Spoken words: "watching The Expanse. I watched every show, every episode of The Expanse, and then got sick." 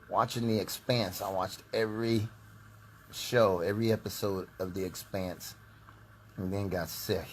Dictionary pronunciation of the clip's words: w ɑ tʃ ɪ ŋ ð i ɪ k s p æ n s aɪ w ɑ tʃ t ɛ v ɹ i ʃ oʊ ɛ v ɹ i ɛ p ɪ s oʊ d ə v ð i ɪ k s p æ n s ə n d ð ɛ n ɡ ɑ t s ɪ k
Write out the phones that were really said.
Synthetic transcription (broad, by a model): w ɑ tʃ ɪ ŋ ð i ɪ k s p æ n s aɪ w ɑ tʃ t ɛ v ɹ i ʃ oʊ ɛ v ɹ i ɛ p ɪ s oʊ d ə v ð i ɪ k s p æ n s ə n ð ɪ n ɡ ɑ t s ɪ